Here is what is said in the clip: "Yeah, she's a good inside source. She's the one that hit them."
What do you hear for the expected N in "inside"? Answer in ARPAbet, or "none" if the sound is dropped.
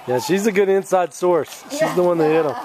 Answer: N